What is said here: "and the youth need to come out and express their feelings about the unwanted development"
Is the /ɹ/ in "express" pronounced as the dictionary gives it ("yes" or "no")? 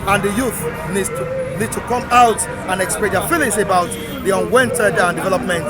no